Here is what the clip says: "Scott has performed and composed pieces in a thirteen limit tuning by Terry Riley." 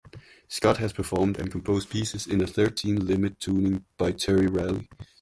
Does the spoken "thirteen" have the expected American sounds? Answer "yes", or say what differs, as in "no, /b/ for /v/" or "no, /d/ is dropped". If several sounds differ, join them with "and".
yes